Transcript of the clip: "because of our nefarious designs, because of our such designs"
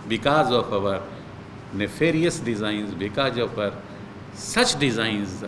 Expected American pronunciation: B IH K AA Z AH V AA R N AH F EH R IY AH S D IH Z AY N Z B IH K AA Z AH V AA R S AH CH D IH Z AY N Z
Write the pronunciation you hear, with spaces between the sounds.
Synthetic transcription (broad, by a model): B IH K AA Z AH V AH R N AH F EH R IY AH S D IH Z AY N Z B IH K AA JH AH F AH R S AH CH D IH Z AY N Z